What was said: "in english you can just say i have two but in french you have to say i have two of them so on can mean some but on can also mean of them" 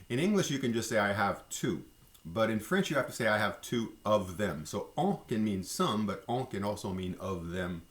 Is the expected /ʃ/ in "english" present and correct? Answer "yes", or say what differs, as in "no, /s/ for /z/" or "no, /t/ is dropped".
yes